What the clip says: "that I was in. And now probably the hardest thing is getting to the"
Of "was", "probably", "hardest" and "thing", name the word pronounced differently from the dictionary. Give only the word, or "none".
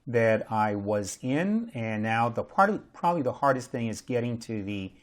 none